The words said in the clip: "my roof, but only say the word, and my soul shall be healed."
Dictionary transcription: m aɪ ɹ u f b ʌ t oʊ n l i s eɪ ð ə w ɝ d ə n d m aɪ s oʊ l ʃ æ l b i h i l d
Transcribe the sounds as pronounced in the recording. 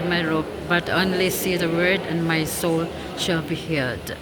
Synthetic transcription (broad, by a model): m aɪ ɹ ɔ p b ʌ t oʊ n l i s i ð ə w ɝ d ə n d m aɪ s oʊ l ʃ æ l b i h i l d